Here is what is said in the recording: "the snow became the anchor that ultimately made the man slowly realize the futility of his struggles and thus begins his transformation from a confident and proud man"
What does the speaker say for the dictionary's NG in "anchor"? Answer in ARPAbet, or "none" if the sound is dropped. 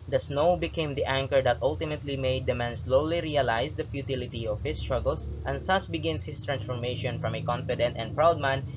NG